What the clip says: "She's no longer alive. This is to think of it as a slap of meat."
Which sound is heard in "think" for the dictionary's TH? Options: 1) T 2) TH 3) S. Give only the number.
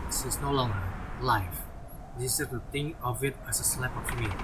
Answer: 1